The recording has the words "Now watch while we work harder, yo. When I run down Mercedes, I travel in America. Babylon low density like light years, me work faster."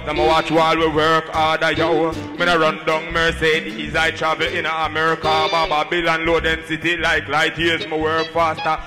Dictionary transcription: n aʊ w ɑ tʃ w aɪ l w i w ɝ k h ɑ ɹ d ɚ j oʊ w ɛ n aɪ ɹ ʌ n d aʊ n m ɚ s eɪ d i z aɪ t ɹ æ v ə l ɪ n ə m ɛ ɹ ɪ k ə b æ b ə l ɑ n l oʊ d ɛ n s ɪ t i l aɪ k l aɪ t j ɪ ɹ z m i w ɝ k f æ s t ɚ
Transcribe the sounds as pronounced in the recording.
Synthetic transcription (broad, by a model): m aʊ w ɑ tʃ w aɪ l w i w ɝ k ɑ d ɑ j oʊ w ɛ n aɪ ɹ ʌ n d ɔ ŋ m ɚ s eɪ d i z aɪ t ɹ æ v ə l ɪ n ə m ɛ ɹ ɪ k ə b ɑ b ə l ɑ n l oʊ d ɛ n s ɪ t i l aɪ k l aɪ t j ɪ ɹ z m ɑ w ɝ k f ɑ s t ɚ